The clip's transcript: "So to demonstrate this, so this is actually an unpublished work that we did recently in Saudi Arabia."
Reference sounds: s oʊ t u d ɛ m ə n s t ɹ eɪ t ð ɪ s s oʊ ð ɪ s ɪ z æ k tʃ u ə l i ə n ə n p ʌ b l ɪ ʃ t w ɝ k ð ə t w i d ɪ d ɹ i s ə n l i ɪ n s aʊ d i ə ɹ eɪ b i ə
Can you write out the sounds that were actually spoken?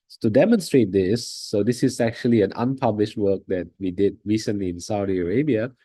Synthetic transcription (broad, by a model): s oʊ t u d ɛ m ə n s t ɹ eɪ t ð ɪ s s oʊ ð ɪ s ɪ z æ k tʃ u ə l i ə n ə n p ʌ b l ɪ ʃ t w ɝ k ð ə t w i d ɪ d ɹ i s ə n l i ɪ n s aʊ d i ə ɹ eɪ b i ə